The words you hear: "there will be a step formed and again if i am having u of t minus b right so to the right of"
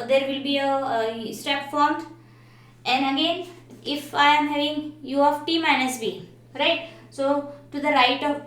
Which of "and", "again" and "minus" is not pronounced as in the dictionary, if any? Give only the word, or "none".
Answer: none